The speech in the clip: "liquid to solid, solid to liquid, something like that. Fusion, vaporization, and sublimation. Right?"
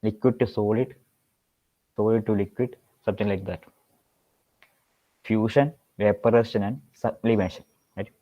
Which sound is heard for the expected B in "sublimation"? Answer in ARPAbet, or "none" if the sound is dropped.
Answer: none